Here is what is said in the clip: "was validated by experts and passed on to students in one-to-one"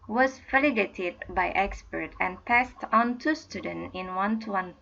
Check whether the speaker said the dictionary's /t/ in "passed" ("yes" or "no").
yes